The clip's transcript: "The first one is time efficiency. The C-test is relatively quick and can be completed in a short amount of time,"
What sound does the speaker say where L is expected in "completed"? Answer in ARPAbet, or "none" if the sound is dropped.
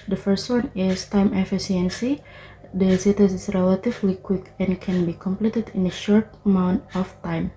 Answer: L